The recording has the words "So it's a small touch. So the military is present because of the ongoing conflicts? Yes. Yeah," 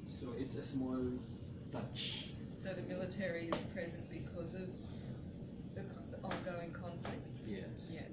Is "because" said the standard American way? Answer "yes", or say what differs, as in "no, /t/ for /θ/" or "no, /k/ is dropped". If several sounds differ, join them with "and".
yes